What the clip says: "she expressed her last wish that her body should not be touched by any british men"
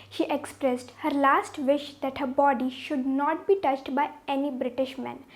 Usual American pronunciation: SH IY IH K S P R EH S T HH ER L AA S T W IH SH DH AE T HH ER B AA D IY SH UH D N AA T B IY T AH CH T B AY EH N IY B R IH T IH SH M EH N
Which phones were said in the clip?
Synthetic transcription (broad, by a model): SH IY IH K S P R EH S T HH ER L AA S T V IH SH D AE T HH ER B AA D IY SH UH D N AA T B IY T AH CH T B AY EH N IY B R IH T IH SH M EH N